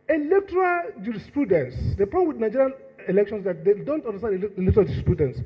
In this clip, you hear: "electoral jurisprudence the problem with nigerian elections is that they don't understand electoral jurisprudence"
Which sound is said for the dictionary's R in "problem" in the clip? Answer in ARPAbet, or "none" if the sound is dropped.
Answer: none